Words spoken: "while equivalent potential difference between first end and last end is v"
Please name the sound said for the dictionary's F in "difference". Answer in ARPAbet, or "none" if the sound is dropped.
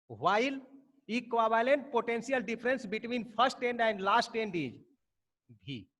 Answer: P